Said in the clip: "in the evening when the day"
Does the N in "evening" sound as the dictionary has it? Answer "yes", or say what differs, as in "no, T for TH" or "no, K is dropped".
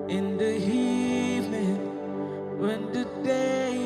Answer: no, N is dropped